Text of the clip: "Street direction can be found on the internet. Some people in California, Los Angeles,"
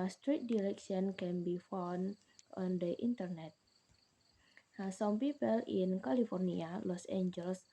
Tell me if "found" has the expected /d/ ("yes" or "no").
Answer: no